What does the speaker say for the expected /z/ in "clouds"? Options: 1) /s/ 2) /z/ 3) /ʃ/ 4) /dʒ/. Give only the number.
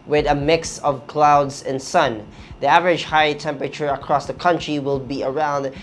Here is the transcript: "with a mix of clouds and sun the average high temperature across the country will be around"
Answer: 2